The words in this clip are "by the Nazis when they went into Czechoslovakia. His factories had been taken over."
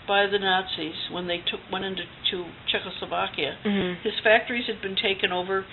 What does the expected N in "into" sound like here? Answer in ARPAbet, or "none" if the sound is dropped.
none